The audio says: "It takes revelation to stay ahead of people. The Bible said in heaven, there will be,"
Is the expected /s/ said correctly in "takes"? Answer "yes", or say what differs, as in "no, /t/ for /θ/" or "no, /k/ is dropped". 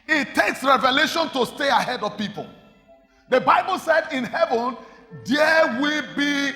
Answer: yes